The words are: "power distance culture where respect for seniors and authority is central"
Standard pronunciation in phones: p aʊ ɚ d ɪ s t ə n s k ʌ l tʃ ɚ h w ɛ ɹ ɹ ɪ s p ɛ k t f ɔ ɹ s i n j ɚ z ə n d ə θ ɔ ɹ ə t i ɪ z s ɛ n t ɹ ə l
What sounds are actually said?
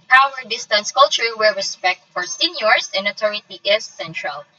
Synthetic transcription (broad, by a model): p aʊ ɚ d ɪ s t ə n s k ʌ l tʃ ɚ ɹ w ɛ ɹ ɹ ɪ s p ɛ k t f ɔ ɹ s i n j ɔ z ə n d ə t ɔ ɹ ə t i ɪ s ɛ n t ɹ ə l